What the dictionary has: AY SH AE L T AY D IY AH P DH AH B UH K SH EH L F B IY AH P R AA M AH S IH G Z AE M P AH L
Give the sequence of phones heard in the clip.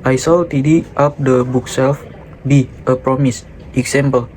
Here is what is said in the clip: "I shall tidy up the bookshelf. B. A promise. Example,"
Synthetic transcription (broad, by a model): AY S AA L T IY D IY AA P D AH B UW K S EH L F B IY AH P R AA M AH S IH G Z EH M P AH L